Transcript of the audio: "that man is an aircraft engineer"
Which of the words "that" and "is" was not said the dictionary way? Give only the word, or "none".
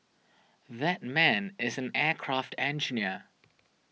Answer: none